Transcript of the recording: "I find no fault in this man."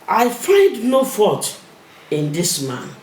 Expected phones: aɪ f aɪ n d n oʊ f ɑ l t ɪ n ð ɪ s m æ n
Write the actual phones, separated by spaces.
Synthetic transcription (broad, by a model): aɪ f aɪ n d n oʊ f ɑ t ɪ n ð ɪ s m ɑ n